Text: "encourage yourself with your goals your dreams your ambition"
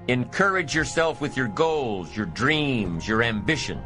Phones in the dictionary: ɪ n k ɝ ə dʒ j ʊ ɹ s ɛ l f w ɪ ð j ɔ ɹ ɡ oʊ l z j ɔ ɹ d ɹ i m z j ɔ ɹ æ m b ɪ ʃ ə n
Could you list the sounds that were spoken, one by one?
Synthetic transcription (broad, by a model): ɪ n k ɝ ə dʒ j ʊ ɹ s ɛ l f w ɪ ð j ɔ ɹ ɡ oʊ l z j ɔ ɹ d ɹ i m z j ɔ ɹ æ m b ɪ ʃ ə n